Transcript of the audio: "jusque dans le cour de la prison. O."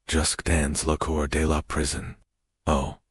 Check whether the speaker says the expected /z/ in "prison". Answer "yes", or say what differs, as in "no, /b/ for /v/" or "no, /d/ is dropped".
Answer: yes